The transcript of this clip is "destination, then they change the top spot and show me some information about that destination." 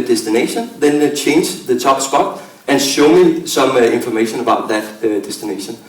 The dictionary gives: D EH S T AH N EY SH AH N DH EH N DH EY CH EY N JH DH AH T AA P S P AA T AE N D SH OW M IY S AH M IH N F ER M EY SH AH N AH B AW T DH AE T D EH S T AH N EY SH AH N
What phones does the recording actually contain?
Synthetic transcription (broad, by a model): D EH S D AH N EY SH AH N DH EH N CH EY N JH DH AH S AA B S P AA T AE N SH OW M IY S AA M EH N F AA M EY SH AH N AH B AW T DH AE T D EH S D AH N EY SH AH N